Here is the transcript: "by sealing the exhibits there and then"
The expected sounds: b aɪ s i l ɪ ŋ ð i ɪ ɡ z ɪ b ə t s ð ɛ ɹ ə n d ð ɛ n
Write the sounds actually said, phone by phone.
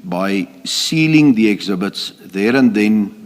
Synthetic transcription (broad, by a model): b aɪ s i l ɪ ŋ ð i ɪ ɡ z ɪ b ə t s ð ɛ ɹ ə n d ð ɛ n